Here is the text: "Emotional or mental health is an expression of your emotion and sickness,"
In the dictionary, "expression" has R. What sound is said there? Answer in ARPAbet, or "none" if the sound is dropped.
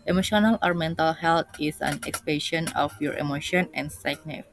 none